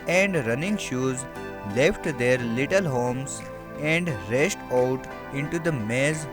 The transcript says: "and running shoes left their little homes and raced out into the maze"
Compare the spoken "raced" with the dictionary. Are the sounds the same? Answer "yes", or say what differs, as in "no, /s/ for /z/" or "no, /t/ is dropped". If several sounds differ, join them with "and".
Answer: no, /ʃ/ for /s/